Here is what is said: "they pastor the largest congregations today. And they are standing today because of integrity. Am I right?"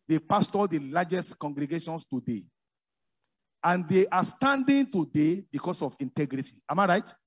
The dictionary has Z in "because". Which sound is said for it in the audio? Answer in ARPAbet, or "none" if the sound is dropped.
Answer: S